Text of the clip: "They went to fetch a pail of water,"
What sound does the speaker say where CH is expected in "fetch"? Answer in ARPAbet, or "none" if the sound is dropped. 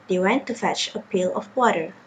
CH